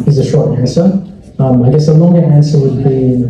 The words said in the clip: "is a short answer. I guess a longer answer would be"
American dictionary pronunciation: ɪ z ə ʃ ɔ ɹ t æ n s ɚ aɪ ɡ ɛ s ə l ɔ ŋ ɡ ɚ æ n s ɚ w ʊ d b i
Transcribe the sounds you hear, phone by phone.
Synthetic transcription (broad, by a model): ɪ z ə ʃ ɔ ɹ t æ n s ɚ aɪ ɡ ɛ s ə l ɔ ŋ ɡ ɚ æ n s ɚ w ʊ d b i